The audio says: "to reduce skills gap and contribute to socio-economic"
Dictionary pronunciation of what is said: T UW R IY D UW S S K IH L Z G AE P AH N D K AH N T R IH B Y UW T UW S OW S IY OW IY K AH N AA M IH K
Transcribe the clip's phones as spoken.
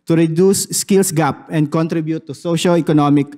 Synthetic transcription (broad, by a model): T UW R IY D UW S S K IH L S G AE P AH N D K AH N T R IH B Y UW T UW S OW SH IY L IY K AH N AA M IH K